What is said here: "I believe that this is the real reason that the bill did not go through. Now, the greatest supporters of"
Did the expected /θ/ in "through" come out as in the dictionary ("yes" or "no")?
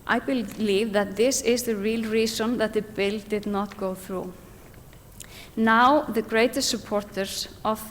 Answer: yes